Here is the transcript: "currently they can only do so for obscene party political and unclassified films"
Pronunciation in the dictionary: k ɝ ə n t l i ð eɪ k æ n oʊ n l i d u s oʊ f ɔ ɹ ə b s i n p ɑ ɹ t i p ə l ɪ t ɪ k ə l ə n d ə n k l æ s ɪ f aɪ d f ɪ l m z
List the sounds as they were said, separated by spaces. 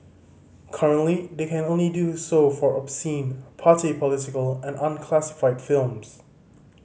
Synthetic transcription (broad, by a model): k ɝ ə n t l i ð eɪ k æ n oʊ n l i d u s oʊ f ɔ ɹ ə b s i n p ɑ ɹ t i p ə l ɪ t ɪ k ə l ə n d ə n k l æ s ɪ f aɪ d f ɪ l m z